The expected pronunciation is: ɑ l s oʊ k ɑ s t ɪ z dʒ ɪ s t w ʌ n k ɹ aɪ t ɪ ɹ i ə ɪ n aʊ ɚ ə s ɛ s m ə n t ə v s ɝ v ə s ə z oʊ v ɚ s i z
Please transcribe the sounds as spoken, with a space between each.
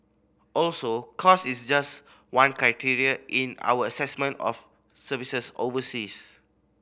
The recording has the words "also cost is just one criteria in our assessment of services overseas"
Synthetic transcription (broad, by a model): ɑ l s oʊ k ɑ s ɪ s dʒ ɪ s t w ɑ n k ɹ aɪ t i ɹ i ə ɪ n aʊ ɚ ə s ɛ s m ə n t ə f s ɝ v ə s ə s oʊ v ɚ s i s